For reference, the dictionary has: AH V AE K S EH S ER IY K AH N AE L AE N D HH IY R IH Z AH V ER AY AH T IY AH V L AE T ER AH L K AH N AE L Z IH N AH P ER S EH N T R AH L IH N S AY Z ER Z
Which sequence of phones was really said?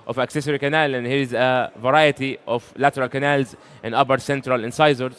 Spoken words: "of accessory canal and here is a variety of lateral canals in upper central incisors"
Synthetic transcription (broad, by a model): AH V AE K S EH S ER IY K AH N AE L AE N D HH IY R IH Z AH V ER AY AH T IY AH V L AE T ER AH L K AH N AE L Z IH N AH B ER S EH N T R AH L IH N S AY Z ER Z